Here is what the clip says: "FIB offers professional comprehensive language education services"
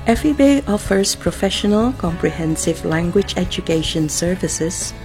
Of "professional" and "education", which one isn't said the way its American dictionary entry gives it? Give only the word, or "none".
none